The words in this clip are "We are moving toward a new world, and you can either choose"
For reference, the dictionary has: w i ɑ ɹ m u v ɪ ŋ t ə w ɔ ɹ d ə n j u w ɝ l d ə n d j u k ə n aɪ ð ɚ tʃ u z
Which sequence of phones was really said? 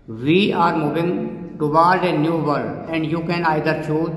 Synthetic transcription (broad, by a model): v i ɑ ɹ m u v ɪ ŋ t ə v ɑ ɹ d ə n j u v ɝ d ə n d j u k ə n aɪ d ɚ tʃ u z